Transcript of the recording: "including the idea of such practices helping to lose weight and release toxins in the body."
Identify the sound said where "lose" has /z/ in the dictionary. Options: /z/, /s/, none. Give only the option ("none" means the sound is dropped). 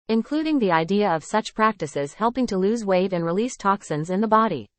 /z/